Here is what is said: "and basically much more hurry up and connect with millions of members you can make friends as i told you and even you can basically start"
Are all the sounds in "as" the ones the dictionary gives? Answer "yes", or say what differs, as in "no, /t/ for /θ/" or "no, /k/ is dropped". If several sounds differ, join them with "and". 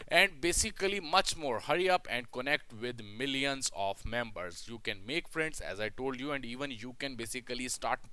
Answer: yes